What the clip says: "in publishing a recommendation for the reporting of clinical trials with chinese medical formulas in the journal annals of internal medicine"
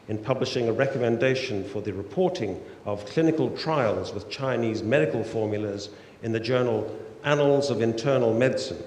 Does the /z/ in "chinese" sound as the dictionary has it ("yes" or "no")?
yes